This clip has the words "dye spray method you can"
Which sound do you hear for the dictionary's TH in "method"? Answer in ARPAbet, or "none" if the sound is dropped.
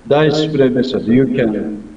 S